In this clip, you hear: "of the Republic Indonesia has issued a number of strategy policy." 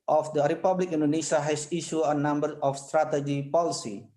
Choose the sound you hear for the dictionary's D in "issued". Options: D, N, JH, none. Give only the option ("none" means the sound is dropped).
none